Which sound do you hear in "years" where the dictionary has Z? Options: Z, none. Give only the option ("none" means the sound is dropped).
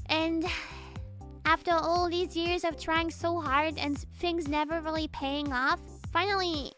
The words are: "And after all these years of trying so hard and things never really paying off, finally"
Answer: Z